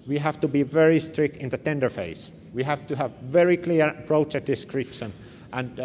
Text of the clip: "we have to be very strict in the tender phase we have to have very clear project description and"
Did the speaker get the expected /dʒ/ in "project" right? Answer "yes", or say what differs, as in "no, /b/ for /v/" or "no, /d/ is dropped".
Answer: no, /tʃ/ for /dʒ/